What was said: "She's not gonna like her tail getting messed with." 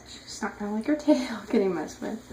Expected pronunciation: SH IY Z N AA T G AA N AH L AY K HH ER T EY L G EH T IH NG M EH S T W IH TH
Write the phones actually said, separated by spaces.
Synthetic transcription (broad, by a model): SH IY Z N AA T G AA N L AY K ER T EY L G EH T IH NG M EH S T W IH